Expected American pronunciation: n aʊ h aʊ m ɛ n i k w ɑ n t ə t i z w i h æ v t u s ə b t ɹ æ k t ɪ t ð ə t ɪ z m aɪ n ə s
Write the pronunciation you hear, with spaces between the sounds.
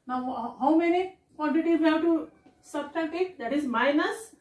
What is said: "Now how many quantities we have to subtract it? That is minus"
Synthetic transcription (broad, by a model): n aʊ h aʊ m ɛ n i k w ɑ n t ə t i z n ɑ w t u s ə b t ɑ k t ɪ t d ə t ɪ z m aɪ n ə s